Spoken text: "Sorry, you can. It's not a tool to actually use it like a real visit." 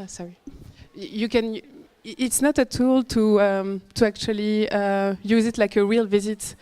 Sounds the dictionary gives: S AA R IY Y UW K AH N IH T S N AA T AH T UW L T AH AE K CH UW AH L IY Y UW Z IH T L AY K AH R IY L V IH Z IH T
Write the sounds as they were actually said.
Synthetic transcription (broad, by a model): S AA R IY Y UW K AH N IH T S N AA T AH T UW L T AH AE K CH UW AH L IY Y UW Z IH T L AY K AH R IY L V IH Z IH T